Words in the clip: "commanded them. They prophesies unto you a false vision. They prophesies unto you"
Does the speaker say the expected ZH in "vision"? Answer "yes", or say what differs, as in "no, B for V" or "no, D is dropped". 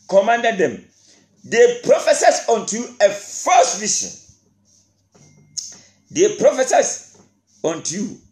no, SH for ZH